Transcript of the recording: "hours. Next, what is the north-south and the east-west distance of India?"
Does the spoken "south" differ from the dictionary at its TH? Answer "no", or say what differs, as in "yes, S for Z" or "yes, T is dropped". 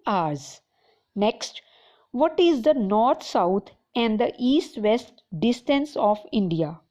yes, T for TH